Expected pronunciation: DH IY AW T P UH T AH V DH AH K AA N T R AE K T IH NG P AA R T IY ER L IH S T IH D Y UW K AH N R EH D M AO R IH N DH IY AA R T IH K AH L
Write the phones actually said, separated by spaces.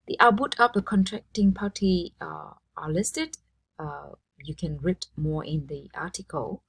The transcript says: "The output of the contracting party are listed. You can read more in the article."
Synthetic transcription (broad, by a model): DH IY T B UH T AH P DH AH K AA N T R AE K T IH NG P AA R T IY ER L IH S T IH D Y UW K AH N R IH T M AO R IH N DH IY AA T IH K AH L